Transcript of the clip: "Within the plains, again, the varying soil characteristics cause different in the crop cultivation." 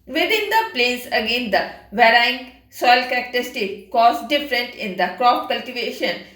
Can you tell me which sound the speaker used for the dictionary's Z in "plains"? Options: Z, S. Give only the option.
S